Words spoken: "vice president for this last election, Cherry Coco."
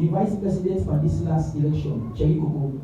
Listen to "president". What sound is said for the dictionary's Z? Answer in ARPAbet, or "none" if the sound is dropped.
S